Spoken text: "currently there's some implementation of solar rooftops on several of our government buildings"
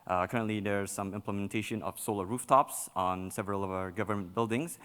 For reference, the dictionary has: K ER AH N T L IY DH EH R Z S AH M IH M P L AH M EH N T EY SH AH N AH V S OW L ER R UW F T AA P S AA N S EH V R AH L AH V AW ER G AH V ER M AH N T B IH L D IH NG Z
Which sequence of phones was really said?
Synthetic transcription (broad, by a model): K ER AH N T L IY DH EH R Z S AH M IH M P L AH M EH N T EY SH AH N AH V S OW L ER R UW F T AA P S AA N S EH V R AH L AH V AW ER G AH V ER M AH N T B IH L D IH NG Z